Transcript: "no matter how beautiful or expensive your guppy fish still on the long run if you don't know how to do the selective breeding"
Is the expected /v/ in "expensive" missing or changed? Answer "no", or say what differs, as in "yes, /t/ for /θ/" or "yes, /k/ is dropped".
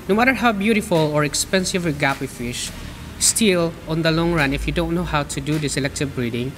no